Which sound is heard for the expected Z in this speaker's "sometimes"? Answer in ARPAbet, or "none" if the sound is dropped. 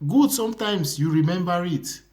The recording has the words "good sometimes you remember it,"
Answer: S